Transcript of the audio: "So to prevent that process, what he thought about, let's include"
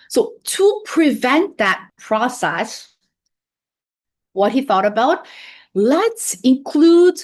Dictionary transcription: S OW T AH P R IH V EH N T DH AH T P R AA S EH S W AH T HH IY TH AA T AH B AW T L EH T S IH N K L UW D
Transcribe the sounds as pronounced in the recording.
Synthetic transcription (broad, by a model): S OW T AH P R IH V EH N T DH AH T P R AA S EH S W AH T HH IY TH AA T AH B AW T L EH T S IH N K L UW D